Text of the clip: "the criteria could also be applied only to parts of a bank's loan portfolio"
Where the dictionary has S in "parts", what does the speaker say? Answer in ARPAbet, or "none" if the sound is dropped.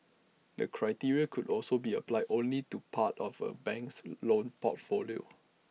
none